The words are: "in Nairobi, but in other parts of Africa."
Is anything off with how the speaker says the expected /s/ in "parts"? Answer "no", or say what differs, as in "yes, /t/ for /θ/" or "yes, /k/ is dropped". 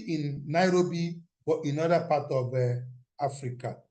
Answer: yes, /s/ is dropped